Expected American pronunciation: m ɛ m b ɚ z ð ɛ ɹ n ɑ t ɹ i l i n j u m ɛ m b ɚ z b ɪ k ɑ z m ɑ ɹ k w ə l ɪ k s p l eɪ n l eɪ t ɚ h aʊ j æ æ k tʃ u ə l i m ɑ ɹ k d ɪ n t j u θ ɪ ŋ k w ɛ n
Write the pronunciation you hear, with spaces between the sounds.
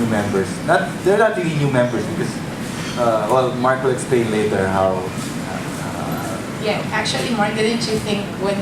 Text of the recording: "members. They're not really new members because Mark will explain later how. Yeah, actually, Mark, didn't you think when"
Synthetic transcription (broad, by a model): m ɛ m b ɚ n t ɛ ɹ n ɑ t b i i n j u m ɛ m b ɚ s b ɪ k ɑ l m ɑ ɹ k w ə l ɪ k s p l eɪ n l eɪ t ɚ h aʊ j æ æ k tʃ u ə l i m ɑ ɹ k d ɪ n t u θ ɪ ŋ k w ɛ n